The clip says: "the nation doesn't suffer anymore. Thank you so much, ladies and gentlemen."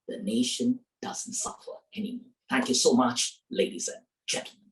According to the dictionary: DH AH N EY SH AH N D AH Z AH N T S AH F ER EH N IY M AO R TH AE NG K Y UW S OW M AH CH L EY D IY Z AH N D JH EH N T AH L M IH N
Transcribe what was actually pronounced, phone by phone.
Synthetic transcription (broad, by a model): DH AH N EY SH AH N D AH Z AH N T S AH F ER EH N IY M AO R TH AE NG K Y UW S OW M AH CH L EY D IY Z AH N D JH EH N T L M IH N